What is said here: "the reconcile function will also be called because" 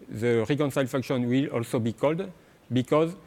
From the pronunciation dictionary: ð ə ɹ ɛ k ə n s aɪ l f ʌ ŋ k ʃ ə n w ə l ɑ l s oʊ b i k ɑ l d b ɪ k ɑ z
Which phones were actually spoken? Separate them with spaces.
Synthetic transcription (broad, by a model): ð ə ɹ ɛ k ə n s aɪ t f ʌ k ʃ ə n w ə l ɑ l s oʊ b i k ɑ l d b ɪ k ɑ z